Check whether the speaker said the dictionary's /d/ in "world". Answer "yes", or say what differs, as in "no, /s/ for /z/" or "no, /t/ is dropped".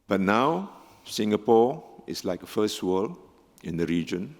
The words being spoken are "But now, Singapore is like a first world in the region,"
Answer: no, /d/ is dropped